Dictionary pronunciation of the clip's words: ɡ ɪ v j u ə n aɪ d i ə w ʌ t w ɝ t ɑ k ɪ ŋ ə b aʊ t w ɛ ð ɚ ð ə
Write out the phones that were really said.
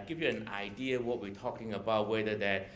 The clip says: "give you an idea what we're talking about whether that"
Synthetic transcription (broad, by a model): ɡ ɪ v j u ə n aɪ d i ə w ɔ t w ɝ t ɑ k ɪ ŋ ə b aʊ t w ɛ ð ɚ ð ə